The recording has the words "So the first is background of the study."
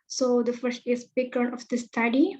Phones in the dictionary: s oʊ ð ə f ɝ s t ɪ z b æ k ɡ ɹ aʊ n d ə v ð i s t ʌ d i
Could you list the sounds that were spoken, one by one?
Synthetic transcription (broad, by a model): s oʊ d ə f ɝ s t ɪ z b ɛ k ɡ ɹ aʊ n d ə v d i s t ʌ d i